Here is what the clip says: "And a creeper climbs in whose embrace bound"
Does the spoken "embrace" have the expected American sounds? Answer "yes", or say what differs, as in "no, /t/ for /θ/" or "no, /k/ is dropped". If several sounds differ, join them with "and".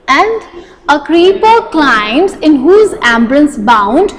no, /l/ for /ɹ/